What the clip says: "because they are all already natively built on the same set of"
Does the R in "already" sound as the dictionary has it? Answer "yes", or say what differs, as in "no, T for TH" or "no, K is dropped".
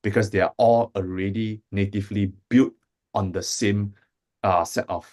yes